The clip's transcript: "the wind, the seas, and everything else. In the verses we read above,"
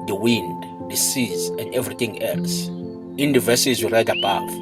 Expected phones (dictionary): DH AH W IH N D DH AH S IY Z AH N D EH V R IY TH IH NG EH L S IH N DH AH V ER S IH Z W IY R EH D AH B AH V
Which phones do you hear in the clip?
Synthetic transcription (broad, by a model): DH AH W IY N D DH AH S IY Z AH N D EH V R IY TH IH NG EH L S IH N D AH V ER S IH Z W IY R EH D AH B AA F